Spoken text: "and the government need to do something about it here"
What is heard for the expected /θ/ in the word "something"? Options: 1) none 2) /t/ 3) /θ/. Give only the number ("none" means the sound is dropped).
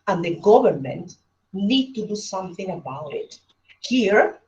3